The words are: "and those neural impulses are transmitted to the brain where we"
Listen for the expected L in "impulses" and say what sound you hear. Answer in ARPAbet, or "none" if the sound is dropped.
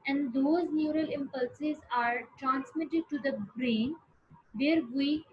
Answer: L